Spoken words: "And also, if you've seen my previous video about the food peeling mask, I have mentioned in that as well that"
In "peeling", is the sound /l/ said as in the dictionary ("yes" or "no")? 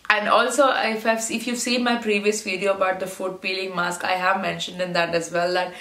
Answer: yes